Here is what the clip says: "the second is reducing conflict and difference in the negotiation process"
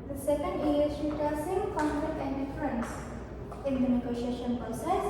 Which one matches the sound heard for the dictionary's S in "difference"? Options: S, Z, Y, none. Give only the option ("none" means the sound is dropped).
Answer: S